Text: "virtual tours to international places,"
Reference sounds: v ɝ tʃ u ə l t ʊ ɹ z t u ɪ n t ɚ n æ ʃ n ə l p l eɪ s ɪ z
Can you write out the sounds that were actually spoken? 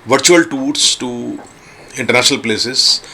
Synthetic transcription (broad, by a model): v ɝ tʃ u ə l t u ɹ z t u ɪ n t ɚ n æ ʃ n ə l p l eɪ s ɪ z